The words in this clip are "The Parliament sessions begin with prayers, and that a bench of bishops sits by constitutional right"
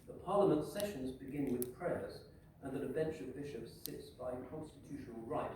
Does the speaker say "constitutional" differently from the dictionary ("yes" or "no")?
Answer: no